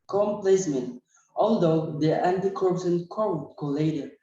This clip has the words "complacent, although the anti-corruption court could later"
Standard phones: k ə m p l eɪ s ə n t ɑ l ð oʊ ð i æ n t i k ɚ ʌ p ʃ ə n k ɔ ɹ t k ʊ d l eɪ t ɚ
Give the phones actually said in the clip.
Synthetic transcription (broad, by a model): k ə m p l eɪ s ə n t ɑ l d oʊ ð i æ n t i k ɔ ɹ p s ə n k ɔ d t k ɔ l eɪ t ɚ